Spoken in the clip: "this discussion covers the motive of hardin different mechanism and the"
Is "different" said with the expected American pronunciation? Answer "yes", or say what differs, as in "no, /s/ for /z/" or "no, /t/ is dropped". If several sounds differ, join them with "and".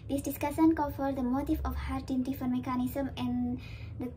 no, /ɹ/ is dropped